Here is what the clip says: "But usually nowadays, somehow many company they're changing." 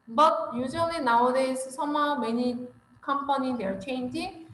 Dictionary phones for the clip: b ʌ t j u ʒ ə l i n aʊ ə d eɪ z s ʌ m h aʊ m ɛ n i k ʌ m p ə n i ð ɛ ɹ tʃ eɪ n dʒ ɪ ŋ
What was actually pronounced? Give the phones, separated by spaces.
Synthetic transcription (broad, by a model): b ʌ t j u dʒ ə n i n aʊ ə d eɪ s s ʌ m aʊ m ɛ n i k ʌ m p ə n i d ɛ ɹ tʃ eɪ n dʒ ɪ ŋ